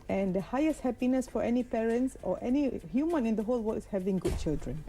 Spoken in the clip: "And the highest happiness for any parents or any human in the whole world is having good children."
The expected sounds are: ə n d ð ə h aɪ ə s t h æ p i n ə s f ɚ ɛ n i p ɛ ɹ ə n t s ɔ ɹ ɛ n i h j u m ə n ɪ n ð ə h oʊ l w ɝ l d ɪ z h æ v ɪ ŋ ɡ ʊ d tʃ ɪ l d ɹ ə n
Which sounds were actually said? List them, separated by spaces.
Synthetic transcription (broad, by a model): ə n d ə h aɪ ə s t h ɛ p i n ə s f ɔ ɛ n i p ɛ ɹ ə n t s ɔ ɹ ɛ n i h j u m ə n ɪ n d ə h oʊ l w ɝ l ɪ s h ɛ v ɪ ŋ ɡ ʊ d tʃ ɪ l d ɹ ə n